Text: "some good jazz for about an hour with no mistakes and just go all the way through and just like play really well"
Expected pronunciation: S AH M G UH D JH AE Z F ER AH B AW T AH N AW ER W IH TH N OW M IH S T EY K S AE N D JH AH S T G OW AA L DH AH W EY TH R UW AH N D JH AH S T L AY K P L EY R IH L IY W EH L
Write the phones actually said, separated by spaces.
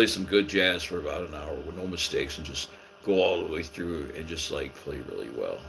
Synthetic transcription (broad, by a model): S AH M G UH D JH AE Z F ER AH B AW T AH N AW ER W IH N OW M IH S T EY K S N JH AH S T G OW AA L DH AH W EY TH R UW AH N JH AH S T L AY K P L EY R IH L IY W EH L